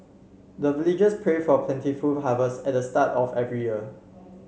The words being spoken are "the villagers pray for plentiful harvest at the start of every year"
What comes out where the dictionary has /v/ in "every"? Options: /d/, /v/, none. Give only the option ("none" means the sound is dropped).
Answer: /v/